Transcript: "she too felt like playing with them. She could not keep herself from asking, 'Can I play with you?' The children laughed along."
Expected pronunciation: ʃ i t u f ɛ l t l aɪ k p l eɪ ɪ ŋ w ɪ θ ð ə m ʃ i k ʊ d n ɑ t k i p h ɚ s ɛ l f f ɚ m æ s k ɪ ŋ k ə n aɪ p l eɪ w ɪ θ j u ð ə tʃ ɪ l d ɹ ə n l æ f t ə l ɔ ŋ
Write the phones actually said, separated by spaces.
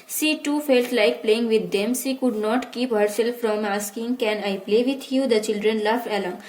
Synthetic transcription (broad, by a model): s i t u f ɛ l t l aɪ k p l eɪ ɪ ŋ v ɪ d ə m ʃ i k ʊ d n ɑ t k i p h ɚ s ɛ l f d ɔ m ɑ s k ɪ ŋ k ə n aɪ p l eɪ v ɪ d j u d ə tʃ ɪ l d ɹ ə n l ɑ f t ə l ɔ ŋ